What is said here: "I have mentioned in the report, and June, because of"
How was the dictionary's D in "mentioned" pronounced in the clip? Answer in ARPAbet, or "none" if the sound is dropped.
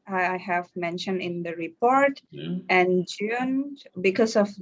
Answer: D